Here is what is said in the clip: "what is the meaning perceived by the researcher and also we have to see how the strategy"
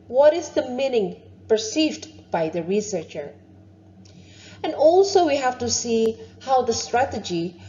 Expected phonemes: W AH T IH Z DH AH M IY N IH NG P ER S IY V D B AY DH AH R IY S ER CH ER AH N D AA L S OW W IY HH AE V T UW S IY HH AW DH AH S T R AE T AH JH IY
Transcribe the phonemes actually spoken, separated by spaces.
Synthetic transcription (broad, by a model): W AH T IH Z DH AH M IY N IH NG P ER S IY V D B AY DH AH R IY S ER CH ER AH N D AA L S OW W IY HH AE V T UW S IY HH AW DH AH S T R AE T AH JH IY